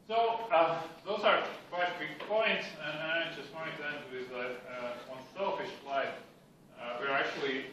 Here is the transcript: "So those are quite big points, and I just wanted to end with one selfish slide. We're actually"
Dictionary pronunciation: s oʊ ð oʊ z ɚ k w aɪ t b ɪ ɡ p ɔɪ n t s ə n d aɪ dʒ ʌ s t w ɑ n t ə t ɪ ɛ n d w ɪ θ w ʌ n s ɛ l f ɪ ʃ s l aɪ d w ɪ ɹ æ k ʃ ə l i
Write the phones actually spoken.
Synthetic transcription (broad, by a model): s oʊ ð oʊ z ɚ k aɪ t b ɪ ɡ p ɔɪ n t s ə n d aɪ dʒ ʌ s t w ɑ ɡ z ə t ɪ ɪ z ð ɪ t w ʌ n s ɛ l f ɪ ʃ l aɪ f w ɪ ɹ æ k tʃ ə l i